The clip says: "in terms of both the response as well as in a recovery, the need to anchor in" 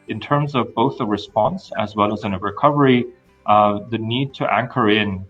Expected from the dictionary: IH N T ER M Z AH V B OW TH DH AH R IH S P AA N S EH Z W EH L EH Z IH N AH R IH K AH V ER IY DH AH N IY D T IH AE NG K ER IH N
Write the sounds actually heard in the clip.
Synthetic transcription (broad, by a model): IH N T ER M Z AH V B OW TH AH R IH S P AA N S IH Z W EH L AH Z IH N AH R IH K AH V ER IY DH AH N IY D T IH AE NG K ER IH N